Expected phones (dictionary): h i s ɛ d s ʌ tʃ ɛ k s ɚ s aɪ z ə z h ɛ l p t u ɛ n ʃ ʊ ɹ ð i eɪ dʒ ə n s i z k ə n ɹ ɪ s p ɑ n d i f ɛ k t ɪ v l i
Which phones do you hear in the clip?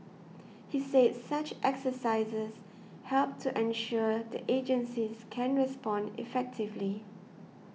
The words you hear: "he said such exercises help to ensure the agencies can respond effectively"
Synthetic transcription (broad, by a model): h i s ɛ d s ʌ tʃ ɛ k s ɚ s aɪ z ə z h ɛ l p t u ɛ n ʃ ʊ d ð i eɪ dʒ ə n s i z k ə n ɹ ɪ s p ɑ n d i f ɛ k t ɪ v l i